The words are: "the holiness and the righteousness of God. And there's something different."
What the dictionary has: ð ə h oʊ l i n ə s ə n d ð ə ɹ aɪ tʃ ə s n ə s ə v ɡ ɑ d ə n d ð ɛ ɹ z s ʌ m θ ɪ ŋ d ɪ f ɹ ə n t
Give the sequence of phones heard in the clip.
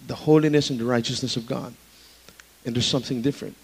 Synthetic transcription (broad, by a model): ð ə h oʊ l i n ə s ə n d ð ə ɹ aɪ tʃ ə s n ə s ə v ɡ ɑ d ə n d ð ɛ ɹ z s ʌ m θ ɪ ŋ d ɪ f ɹ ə n t